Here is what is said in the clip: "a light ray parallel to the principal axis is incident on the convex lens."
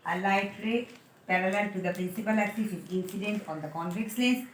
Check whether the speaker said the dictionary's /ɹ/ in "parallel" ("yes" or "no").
yes